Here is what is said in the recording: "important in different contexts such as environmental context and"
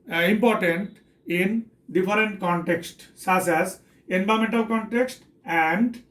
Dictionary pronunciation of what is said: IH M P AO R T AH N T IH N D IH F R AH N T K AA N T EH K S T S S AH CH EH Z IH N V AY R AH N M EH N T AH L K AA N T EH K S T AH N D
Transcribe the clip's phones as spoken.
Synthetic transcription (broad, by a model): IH M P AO R T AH N T IH N D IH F R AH N T K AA N T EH K S T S S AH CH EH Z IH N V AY AH M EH N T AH L K AA N T EH K S T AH N D